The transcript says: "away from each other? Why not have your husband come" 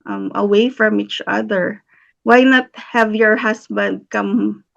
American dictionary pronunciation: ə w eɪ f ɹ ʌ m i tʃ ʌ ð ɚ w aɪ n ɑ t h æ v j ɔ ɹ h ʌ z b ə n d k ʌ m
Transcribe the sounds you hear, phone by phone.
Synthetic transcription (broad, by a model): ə w eɪ f ɹ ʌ m i tʃ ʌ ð ɚ w aɪ n ɑ t h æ v j ɔ ɹ h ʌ s b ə n d k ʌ m